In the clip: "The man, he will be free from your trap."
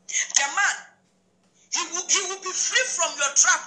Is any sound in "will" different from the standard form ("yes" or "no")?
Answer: yes